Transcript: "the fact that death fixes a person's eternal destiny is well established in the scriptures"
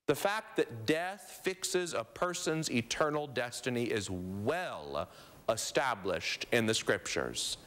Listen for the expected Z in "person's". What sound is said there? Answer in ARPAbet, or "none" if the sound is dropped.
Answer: Z